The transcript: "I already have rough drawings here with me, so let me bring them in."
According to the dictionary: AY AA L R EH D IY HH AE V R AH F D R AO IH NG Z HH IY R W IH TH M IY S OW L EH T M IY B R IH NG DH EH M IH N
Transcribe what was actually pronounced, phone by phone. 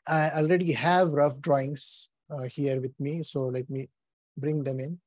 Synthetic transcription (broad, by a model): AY AA L R EH D IY HH AE V R AH F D R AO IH NG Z HH IY R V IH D M IY S OW L EH T M IY B R IH NG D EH M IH N